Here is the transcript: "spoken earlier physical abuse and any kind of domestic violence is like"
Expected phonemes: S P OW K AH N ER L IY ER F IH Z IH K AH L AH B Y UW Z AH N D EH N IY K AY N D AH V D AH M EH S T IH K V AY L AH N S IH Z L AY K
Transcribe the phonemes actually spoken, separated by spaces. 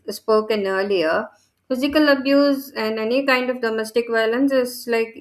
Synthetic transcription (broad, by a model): S P OW K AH N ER L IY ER F IH Z IH K AH L AH B Y UW Z AH N D EH N IY K AY N D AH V D AH M EH S T IH K V AY L AH N S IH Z L AY K